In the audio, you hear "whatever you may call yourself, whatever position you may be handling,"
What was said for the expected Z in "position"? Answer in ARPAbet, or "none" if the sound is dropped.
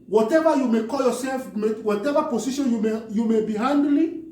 S